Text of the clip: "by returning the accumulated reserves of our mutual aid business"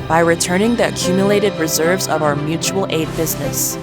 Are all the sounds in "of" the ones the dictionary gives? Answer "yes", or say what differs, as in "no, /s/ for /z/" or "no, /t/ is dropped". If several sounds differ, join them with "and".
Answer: yes